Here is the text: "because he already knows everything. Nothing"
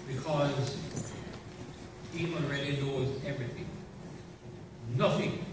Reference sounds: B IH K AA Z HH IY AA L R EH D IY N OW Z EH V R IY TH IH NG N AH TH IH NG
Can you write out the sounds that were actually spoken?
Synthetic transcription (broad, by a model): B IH K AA Z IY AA N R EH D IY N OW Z EH V R IY TH IH NG N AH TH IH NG